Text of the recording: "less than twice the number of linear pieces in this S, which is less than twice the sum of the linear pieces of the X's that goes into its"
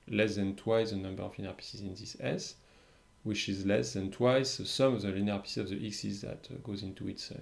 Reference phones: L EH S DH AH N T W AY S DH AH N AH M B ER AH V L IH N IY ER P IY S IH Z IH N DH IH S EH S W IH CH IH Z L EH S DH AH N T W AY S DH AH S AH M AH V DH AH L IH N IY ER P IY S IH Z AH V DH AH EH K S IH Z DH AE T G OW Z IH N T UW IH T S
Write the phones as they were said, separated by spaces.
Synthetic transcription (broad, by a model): L EH S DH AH N T W AY S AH N AH M B ER AH V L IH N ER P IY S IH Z IH N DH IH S EH S W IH CH IH Z L EH S DH AH N T W AY S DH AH S AH M AH V DH AH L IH N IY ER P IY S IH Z AH V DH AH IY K S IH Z DH AE T G OW Z IH N T UW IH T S